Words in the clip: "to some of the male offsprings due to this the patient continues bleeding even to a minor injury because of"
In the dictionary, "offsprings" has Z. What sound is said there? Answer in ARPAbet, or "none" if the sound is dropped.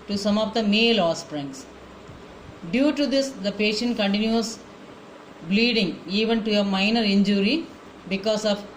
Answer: S